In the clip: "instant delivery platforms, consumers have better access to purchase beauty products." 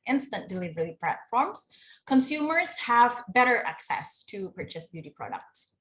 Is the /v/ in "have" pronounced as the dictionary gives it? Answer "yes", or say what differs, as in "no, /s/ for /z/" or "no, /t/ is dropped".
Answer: yes